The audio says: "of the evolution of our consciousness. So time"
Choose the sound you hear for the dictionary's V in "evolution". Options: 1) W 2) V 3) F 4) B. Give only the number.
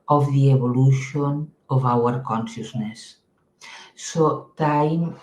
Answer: 4